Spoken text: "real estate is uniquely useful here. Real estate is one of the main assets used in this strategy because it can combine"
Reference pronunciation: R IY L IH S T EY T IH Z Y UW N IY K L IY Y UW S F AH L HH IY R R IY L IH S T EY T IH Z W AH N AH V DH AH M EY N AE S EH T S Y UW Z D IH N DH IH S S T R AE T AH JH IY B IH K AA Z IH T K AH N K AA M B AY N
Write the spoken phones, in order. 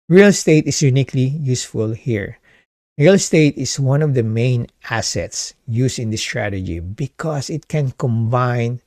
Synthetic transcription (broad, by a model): R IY L S T EY T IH S Y UW N IY K L IY Y UW S F AH L HH IY R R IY L S T EY T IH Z W AH N AH V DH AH M EY N AE S EH T S Y UW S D IH N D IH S S T R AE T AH JH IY B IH K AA S IH T K AH N K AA M B AY N